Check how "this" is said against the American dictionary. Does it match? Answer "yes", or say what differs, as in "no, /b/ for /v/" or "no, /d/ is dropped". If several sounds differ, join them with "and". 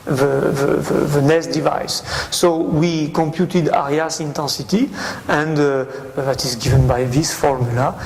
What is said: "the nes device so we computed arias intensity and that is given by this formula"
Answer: yes